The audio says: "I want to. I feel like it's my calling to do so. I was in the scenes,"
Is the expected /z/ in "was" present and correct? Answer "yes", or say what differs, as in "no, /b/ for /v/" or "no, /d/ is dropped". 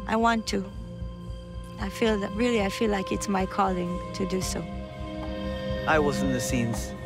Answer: yes